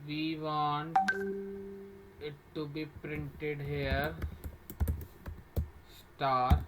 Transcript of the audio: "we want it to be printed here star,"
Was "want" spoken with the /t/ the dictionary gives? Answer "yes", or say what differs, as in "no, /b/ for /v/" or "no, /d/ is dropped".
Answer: no, /t/ is dropped